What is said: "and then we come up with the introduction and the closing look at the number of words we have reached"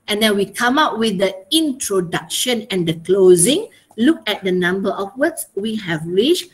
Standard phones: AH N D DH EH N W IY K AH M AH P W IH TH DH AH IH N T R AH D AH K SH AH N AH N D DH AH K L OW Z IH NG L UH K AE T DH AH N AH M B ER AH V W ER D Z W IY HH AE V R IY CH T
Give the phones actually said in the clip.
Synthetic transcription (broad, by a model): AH N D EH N W IY K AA M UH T W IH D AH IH N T R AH D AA K SH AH N AH N D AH K L OW Z IH NG L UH K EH T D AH N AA M B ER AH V W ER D S W IY HH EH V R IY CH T